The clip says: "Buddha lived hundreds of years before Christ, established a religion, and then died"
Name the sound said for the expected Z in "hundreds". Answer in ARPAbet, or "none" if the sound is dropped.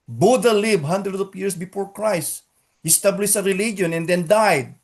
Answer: none